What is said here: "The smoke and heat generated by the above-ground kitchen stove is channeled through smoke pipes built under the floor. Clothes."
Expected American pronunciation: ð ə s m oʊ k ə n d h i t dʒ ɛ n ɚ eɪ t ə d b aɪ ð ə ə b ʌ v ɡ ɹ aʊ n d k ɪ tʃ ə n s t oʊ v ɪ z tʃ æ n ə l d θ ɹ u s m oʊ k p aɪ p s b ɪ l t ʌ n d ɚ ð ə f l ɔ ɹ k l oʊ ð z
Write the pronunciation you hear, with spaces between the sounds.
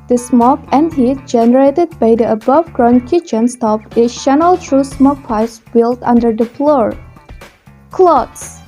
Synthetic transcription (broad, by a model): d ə s m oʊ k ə n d h i t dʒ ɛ n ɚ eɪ t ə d b aɪ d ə ə b ʌ v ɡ ɹ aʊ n k ɪ tʃ ə n s t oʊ p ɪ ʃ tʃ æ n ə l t ɹ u s m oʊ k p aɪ s b ɪ l t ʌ n d ɚ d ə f l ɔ ɹ k l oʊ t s